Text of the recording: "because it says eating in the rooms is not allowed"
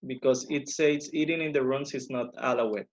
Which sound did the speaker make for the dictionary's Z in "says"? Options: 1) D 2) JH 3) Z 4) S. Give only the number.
4